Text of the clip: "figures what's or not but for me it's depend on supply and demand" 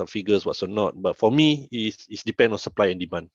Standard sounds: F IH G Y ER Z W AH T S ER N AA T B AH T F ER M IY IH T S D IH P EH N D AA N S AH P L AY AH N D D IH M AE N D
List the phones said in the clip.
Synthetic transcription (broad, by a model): F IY G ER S W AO T S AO N AA T B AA T F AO M IY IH S S D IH P EH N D AA N S AH P L AY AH N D D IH M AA N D